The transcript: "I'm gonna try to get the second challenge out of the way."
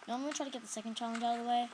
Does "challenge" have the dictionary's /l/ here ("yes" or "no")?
yes